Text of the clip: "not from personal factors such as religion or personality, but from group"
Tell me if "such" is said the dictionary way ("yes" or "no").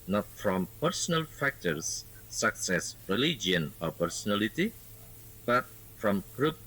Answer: no